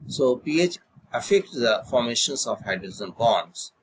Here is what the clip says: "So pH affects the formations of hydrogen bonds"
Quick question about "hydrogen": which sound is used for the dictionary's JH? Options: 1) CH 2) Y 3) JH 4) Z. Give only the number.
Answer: 4